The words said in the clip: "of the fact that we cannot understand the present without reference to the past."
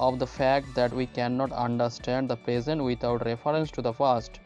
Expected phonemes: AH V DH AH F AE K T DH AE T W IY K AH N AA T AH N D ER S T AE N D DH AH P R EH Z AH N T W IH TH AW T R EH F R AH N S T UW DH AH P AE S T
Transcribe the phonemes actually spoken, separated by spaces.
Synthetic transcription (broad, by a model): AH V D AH F AE K T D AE T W IY K AH N AA T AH N D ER S T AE N D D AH P R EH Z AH N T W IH T AW T R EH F R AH N S T UW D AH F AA S T